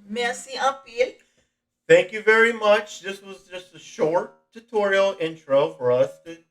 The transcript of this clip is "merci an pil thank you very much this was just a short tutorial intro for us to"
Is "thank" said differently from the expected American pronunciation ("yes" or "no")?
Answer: no